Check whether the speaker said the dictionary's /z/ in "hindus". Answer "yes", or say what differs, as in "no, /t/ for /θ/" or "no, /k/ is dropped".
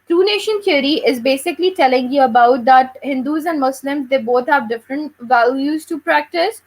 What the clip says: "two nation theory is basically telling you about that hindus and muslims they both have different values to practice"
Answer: yes